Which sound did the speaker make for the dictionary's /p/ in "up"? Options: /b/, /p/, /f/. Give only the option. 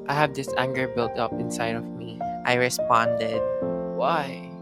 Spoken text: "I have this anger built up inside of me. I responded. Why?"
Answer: /p/